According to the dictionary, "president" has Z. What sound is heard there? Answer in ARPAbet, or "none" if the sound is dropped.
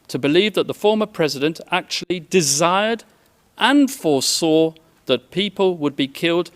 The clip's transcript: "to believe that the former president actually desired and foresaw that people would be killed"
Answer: Z